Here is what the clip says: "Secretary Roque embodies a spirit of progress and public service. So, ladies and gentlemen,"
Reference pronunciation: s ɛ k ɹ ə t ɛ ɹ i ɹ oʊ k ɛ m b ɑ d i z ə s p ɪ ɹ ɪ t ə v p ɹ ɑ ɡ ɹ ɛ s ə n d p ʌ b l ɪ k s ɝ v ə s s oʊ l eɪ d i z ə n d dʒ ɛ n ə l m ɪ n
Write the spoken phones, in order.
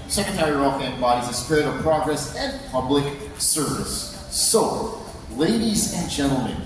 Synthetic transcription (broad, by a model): s ɛ k ɹ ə t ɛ ɹ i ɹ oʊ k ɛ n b ɑ d i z ə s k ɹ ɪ t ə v p ɹ ɑ ɡ ɹ ɛ s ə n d p ʌ b l ɪ k s ɝ v ə s s oʊ l eɪ d i z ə n dʒ ɛ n l m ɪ n